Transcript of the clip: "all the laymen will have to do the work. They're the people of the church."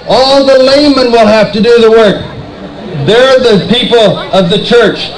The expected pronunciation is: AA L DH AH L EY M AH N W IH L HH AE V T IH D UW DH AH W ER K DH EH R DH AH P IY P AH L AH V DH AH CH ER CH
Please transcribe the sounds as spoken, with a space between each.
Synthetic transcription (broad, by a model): AA L DH AH L EY M AH N W IH L HH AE F T IH D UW DH AH W ER K DH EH R DH AH P IY P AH L AH V DH AH CH ER CH